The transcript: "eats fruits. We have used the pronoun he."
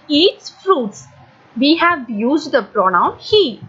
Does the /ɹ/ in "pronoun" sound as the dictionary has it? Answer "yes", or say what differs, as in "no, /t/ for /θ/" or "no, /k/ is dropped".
yes